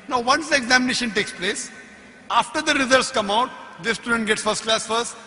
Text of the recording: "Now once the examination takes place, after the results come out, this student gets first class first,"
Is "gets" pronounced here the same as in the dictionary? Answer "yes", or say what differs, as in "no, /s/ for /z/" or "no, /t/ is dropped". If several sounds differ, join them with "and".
yes